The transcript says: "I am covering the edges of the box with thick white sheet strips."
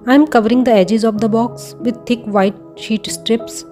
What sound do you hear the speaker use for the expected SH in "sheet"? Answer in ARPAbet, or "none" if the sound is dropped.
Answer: SH